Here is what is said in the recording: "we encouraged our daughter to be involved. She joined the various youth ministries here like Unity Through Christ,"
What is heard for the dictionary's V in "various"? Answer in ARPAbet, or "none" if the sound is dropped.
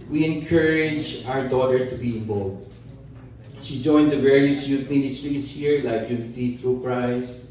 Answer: V